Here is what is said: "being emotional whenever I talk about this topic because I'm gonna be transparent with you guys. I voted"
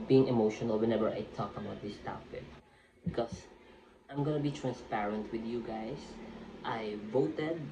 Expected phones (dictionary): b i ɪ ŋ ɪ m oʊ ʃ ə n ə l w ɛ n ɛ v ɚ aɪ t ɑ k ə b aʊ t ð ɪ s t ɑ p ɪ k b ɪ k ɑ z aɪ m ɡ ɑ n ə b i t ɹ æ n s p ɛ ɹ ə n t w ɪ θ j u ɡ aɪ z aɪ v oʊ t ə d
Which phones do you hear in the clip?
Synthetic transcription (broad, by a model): b i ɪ ŋ ɪ m oʊ ʃ ə n ə l w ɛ n ɛ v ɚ aɪ t ɑ k ə b aʊ t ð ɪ s t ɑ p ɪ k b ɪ k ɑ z aɪ m ɡ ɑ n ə b i t ɹ æ n s p ɛ ɹ ə n t w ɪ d j u ɡ aɪ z aɪ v oʊ t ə d